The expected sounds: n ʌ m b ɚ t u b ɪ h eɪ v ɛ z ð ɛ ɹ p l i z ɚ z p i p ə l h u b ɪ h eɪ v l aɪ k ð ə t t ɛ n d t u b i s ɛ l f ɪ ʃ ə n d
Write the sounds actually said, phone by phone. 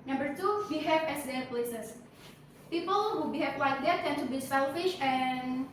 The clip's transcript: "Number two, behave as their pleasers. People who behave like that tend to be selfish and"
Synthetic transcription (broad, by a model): n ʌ m b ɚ t u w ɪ h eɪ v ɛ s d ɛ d p l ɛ s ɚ s p i p ə l h u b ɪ h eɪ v w aɪ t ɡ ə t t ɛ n t u b i s ɛ l f ɪ ʃ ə n